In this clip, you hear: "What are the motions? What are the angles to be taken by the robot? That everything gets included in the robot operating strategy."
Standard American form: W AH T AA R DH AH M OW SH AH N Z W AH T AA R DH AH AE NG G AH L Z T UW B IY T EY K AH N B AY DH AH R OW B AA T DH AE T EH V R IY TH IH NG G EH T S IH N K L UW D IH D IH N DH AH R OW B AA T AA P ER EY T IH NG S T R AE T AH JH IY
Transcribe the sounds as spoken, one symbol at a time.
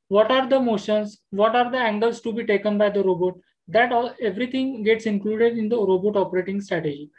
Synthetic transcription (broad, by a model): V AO T AA R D AH M OW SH AH N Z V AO T AA R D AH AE NG G AH L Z T UW B IY T EY K AH N B AY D AH R OW B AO T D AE T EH V R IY T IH NG G EH T S IH N K L UW D IH D IH N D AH R OW B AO T AA P ER EY T IH NG S T R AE T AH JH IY